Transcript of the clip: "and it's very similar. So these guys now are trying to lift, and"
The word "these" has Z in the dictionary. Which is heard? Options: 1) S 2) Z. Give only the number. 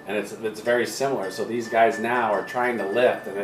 2